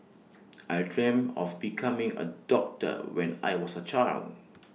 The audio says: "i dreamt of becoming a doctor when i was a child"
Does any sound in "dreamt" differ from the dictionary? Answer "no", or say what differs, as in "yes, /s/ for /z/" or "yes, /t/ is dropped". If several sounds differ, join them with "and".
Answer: yes, /t/ is dropped